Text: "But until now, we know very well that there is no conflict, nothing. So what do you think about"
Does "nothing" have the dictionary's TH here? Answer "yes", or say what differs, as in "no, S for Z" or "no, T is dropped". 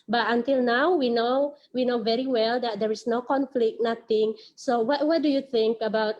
no, T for TH